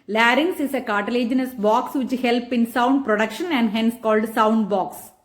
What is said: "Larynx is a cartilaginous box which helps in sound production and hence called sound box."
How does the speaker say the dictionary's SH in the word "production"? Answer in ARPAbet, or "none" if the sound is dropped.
SH